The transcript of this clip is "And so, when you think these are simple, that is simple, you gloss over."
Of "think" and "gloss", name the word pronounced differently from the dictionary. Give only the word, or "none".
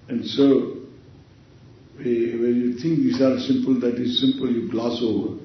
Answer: think